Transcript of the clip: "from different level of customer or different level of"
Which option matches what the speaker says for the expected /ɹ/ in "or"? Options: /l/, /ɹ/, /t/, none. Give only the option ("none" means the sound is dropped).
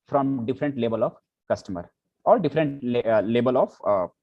/l/